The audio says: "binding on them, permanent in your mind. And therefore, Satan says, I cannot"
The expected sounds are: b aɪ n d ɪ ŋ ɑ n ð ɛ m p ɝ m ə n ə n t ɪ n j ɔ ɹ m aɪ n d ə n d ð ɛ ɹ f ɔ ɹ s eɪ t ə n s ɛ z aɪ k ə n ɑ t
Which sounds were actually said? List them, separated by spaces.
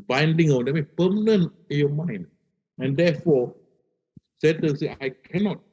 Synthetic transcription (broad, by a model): b aɪ n d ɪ ŋ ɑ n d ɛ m p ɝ m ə n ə n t ɪ n j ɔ m aɪ n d ə n d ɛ f ɔ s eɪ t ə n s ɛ aɪ k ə n ɑ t